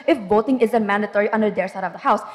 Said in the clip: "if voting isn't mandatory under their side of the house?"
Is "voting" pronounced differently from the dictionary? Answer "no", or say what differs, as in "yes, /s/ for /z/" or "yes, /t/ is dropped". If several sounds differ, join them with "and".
yes, /b/ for /v/